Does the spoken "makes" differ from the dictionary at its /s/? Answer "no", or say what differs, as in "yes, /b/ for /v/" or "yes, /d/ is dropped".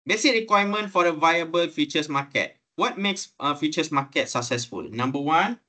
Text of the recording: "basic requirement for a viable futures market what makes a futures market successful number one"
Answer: no